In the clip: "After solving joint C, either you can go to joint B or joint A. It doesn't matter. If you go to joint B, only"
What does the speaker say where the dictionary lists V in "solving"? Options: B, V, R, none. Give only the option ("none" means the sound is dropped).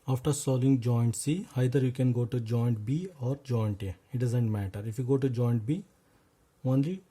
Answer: none